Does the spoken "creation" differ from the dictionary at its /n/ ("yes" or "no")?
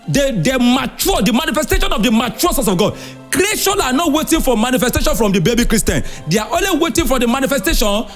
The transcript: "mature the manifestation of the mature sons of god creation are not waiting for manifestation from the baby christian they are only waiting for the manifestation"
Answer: yes